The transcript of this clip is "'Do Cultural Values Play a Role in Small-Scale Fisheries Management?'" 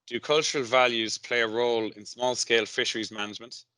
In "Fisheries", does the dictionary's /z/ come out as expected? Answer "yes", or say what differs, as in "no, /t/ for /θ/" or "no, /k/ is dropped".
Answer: yes